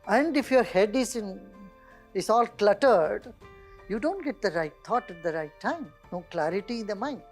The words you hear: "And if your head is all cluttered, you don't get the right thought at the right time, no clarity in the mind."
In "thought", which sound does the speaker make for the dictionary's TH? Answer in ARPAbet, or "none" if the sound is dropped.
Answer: T